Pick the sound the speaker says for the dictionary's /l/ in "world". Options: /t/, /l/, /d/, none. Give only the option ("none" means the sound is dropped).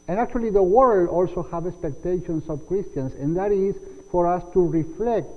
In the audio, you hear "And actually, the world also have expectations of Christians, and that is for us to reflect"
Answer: /l/